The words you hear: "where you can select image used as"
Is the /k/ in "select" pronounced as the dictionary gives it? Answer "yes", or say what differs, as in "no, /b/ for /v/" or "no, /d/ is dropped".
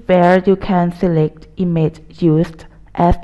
yes